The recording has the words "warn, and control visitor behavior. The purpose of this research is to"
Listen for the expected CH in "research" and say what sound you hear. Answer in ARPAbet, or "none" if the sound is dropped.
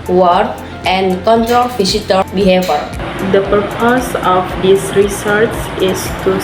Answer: S